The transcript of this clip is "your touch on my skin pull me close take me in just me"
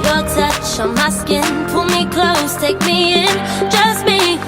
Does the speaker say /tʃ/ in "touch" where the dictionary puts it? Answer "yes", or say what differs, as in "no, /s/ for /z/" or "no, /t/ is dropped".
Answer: no, /ʃ/ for /tʃ/